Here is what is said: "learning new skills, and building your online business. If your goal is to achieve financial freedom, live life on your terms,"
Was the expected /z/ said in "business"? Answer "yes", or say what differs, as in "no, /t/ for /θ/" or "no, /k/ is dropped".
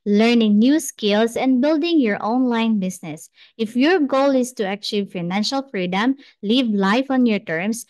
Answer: no, /s/ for /z/